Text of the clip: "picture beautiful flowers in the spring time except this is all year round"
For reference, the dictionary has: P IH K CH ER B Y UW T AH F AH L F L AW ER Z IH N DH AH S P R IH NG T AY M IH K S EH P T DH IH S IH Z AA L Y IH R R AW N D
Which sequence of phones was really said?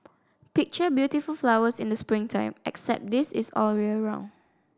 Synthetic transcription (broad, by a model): P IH K CH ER B Y UW T AH F AH L F L AW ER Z IH N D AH S P R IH NG T AY M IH K S EH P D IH S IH S AA L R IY L R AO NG